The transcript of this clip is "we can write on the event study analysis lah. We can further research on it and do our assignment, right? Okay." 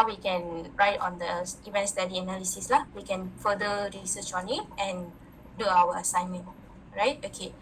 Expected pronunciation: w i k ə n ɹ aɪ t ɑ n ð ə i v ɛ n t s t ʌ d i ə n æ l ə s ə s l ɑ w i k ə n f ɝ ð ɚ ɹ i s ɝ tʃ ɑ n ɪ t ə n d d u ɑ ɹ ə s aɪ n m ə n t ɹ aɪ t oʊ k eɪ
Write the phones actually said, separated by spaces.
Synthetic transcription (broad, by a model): w i k ə n ɹ aɪ t ɑ n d ə i v ɛ n t s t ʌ d i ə n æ l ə s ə s l ɑ w i k ə n f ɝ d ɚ ɹ i s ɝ tʃ ɑ n ɪ t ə n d d u ɑ w ə s aɪ n m ə n t ɹ aɪ t oʊ k eɪ